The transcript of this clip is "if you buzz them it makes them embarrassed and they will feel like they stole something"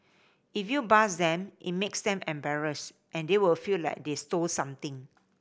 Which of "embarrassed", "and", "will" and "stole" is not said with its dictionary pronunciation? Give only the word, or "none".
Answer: none